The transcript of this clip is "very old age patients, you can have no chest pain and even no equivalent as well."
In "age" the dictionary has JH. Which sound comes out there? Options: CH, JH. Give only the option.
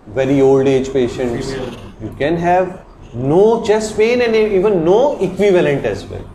JH